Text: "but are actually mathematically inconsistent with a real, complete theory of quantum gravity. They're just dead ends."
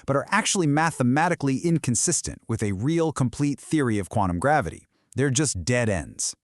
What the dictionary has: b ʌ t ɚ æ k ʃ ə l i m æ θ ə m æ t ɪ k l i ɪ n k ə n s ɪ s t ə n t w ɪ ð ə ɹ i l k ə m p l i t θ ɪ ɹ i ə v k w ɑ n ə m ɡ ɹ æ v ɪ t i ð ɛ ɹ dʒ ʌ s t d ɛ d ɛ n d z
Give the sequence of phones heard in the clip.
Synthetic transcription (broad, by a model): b ʌ t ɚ æ k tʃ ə l i m æ θ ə m æ t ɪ k l i ɪ n k ə n s ɪ s t ə n t w ɪ ð ə ɹ i l k ə m p l i t θ ɪ ɹ i ə v k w ɑ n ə m ɡ ɹ æ v ɪ t i ð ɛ ɹ dʒ ʌ s d ɛ d ɛ n d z